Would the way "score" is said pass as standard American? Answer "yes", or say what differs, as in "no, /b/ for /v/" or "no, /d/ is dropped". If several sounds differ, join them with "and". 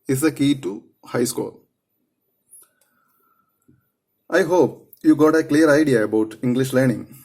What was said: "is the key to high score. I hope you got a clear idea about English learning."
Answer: no, /l/ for /ɹ/